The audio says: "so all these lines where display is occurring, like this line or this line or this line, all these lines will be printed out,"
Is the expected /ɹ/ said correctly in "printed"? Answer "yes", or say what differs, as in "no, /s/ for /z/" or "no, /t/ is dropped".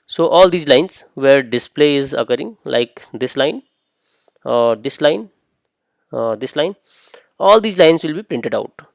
yes